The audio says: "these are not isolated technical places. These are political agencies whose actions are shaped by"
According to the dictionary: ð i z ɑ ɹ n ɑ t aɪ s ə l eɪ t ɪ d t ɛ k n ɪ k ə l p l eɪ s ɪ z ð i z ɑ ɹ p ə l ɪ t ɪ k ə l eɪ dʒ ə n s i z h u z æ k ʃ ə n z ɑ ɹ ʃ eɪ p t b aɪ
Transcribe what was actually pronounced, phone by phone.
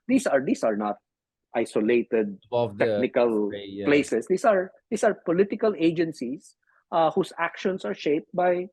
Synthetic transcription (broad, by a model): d i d ɑ ɹ n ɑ t aɪ s ə l eɪ t ɪ d t ɛ k n ɪ k ə l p l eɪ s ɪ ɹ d i s ɑ ɹ p ə l ɪ t ɪ k ə l eɪ dʒ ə n s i s h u s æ k ʃ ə n s ɑ ɹ ʃ eɪ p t b aɪ